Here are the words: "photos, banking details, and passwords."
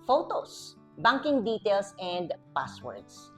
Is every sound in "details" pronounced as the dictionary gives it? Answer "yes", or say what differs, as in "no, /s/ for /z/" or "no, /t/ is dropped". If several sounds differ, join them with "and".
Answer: no, /s/ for /z/